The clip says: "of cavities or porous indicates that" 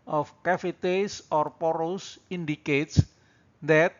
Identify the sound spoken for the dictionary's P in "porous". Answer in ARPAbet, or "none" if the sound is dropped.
P